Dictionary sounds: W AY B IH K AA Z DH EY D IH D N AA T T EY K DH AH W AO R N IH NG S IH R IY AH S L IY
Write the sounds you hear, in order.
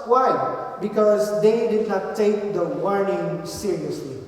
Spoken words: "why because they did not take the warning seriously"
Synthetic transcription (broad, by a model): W AY B IH K AA Z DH EY D IH D N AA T T EY K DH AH W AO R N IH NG S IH R IY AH S L IY